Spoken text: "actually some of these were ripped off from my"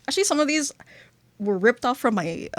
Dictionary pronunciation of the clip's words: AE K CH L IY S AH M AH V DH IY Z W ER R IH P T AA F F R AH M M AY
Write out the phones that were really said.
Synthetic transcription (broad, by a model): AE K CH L IY S AH M AH V DH IY Z W ER R IH P T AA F F R AH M M AY